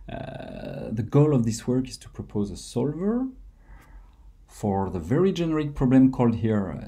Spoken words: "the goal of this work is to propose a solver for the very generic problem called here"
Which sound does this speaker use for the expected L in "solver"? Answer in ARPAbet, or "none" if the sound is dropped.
L